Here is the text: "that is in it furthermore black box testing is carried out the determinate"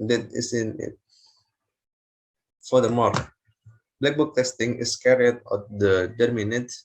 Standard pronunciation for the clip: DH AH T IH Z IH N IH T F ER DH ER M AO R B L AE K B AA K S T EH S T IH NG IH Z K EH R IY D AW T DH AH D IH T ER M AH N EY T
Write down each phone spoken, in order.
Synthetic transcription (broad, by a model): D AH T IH S IH N IH T F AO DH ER M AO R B L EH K B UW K T EH S T IH NG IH S K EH R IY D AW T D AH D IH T M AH N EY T